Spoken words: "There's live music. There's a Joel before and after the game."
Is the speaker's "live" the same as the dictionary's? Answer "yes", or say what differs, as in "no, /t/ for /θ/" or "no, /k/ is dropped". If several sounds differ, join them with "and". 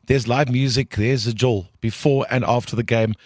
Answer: yes